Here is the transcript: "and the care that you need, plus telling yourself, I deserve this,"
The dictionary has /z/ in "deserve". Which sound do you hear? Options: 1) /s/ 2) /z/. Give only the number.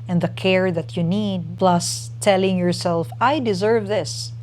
2